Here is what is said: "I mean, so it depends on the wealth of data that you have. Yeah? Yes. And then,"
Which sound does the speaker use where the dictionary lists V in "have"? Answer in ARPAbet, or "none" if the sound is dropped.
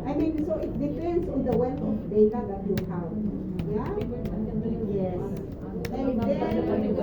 W